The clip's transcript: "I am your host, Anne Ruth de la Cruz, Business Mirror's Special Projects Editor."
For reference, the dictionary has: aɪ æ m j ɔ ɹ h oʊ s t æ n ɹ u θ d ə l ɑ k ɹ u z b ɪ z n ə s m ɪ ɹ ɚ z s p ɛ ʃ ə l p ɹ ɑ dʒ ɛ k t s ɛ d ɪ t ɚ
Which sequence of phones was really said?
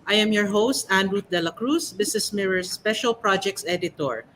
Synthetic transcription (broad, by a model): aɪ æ m j ɔ ɹ h oʊ s t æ n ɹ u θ d ə l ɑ k ɹ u s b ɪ s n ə s m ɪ ɹ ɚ s p ɛ ʃ ə l p ɹ ɑ dʒ ɛ k t s ɛ d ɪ t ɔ